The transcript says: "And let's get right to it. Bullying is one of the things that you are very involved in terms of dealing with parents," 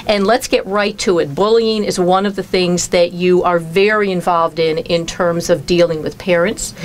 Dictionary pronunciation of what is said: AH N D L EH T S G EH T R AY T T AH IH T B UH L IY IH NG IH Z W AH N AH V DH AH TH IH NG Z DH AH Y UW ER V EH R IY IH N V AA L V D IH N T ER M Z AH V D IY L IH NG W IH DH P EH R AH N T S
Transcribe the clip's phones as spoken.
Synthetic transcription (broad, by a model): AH N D L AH T S G EH T R AY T T AH IH T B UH L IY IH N IH Z W AH N AH V DH AH TH IH NG Z DH AH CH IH ER V EH R IY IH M V AA L V D IH N T ER M Z AH V D IY L IH NG W IH DH P EH R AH N T S